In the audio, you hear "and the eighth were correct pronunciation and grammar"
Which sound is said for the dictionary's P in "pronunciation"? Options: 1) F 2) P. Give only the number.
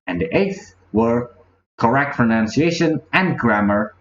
1